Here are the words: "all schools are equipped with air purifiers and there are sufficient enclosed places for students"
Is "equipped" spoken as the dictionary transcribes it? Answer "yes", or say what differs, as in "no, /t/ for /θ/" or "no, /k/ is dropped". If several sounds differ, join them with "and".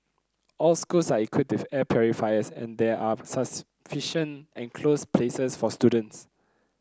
no, /p/ is dropped